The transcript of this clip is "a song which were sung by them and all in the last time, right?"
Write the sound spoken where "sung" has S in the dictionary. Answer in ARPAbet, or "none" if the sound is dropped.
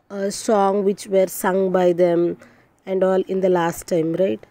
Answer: S